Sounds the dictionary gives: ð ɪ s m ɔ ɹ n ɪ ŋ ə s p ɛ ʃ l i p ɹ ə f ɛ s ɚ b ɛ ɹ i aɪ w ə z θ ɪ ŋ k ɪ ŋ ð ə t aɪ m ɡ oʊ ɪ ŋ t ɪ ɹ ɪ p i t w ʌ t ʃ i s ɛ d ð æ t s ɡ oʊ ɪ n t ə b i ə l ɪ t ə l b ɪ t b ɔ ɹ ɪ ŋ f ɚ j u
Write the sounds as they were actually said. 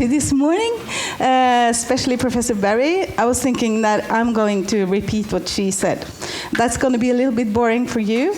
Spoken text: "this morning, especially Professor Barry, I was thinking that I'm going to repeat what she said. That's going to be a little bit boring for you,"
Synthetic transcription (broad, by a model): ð ɪ s m ɔ ɹ n ɪ ŋ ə s p ɛ ʃ l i p ɹ ə f ɛ s ɚ b ɛ ɹ i aɪ w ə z θ ɪ ŋ k ɪ ŋ ð ə t aɪ m ɡ oʊ ɪ ŋ t ɪ ɹ ɪ p i t w ʌ t ʃ i s ɛ d ð æ t s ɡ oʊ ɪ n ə b i ə l ɪ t l b ɪ t b ɔ ɹ ɪ ŋ f ɚ j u